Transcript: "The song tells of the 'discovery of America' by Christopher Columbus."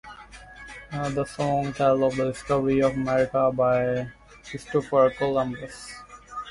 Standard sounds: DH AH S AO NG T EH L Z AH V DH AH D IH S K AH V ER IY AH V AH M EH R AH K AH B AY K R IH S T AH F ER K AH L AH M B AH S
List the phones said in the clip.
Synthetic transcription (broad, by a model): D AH S AO NG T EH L AH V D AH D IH S K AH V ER IY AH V AH M EH R AH K AH B AY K IH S T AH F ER K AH L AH M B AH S